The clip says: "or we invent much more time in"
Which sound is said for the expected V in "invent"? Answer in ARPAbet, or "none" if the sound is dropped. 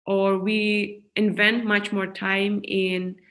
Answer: V